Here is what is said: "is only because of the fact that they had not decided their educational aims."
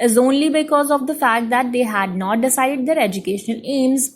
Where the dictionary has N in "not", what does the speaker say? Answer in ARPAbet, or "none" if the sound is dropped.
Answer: N